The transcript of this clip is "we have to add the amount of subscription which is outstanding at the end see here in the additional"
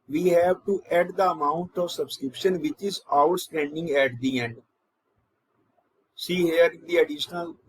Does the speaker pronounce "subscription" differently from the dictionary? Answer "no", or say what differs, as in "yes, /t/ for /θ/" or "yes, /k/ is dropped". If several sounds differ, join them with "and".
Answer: no